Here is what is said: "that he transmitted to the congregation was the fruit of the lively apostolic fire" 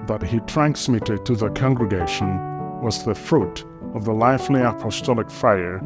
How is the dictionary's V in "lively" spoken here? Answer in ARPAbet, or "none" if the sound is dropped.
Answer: F